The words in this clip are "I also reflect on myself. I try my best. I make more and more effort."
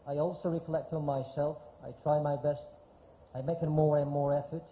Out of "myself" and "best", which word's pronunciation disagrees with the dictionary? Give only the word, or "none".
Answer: none